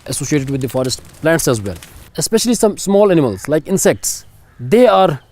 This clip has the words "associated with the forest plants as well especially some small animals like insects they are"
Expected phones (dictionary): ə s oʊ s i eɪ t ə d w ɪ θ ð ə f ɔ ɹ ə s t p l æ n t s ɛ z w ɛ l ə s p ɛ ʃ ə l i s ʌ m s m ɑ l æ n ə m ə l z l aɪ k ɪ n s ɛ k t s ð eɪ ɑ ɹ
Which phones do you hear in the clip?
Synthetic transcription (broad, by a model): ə s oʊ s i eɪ t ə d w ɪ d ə f ɔ ɹ ə s t p l æ n t s ɛ z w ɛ l ə s p ɛ ʃ ə l i s ʌ m s m ɑ l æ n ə m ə l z l aɪ k ɪ n s ɛ k t s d eɪ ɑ ɹ